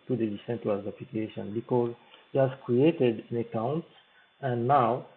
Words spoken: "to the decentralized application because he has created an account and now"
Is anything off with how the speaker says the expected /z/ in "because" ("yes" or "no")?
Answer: no